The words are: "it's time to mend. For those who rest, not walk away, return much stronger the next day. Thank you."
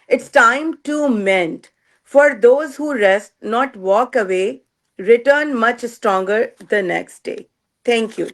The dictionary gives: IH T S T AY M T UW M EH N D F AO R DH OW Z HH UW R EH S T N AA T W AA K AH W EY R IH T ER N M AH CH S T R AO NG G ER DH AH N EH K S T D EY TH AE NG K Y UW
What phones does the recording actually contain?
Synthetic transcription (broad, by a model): IH T S T AY M T UW M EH N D F AO R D OW Z HH UW R EH S T N AA T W AA K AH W EY R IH T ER N M AH CH S T R AO NG G ER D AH N EH K S T D EY T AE NG K Y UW